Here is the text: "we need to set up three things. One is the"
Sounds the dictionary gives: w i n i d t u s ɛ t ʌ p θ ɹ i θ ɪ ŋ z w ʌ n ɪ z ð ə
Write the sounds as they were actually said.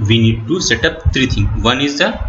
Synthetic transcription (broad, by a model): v i n i d t u s ɛ t ʌ p t ɹ i t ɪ ŋ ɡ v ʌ n ɪ z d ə